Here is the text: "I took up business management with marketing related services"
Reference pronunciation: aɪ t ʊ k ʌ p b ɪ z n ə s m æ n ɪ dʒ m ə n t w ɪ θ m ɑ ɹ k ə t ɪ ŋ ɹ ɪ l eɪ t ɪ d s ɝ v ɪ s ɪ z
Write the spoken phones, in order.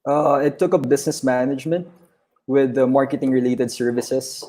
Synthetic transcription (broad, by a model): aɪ t ʊ k ʌ p b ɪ s n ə s m æ n ɪ dʒ m ə n t w ɪ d m ɑ ɹ k ə t ɪ ŋ ɹ ɪ l eɪ t ɪ d s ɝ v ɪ s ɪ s